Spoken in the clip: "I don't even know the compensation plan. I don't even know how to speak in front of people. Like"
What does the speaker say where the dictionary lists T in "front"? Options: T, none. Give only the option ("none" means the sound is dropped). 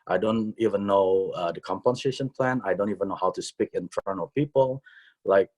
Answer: none